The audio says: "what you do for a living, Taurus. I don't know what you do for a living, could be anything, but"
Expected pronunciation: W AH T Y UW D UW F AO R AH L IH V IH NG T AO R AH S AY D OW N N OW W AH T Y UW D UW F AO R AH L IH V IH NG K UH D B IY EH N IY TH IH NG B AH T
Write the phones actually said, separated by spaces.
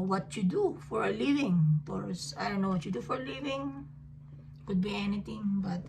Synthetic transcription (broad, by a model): W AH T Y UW D UW F AO R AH L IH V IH NG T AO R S AY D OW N N OW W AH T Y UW D UW F AO R L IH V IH NG K UH D B IY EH N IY T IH NG B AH T